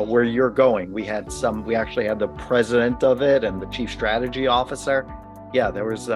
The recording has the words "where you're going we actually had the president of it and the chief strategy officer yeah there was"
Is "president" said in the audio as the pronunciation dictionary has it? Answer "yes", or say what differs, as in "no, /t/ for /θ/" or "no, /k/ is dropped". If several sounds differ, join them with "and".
yes